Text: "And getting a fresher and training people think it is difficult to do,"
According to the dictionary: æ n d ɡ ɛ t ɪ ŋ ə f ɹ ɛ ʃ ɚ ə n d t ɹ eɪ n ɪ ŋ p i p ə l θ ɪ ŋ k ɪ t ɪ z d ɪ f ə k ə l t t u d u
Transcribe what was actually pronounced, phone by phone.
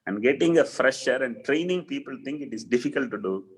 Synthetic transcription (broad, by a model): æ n d ɡ ɛ t ɪ ŋ ə f ɹ ɛ ʃ ɚ ə n d t ɹ eɪ n ɪ ŋ p i p ə l t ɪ ŋ k ɪ t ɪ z d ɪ f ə k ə l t t u d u